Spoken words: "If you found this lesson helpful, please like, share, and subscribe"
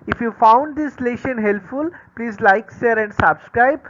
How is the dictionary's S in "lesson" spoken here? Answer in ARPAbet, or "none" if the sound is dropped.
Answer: SH